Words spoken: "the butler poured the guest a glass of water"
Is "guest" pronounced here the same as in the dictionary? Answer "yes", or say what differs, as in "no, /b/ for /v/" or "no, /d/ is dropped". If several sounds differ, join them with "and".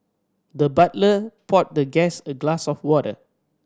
no, /t/ is dropped